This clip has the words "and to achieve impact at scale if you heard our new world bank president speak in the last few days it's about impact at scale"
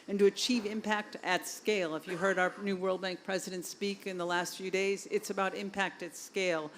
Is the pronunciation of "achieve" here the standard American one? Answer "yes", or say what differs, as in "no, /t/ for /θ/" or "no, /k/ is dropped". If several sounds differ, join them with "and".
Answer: yes